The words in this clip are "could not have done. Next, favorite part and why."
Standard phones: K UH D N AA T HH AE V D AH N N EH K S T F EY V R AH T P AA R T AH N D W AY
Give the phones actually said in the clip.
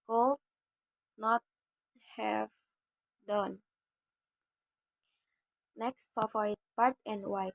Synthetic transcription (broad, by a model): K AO N AA T HH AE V D AH N N EH K S T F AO F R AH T P AA R T AH N D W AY